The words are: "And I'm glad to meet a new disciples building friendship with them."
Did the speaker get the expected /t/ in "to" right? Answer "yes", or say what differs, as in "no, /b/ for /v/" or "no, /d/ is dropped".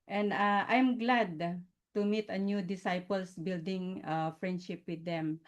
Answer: yes